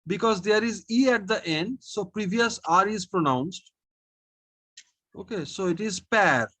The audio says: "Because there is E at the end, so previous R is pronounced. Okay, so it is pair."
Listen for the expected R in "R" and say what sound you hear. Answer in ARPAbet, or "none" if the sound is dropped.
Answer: R